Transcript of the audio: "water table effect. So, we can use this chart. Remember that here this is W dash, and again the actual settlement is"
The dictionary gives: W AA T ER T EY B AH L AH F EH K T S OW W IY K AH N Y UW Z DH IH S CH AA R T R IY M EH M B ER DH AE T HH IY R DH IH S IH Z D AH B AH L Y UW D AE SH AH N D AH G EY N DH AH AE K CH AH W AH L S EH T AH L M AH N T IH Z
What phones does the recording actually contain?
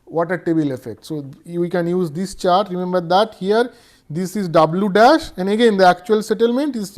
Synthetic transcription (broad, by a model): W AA T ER T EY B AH L AH F EH K T S OW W IY K AH N Y UW Z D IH S CH AA R T R IY M EH M B ER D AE T HH IY R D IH S IH Z D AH B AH L Y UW D AE SH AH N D AH G EY N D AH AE K CH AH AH L S EH T AH L M AH N T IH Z